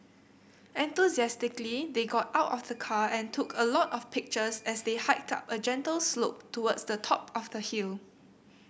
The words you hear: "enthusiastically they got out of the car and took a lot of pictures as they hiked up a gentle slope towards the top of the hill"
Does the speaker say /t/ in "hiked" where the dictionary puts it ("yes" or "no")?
yes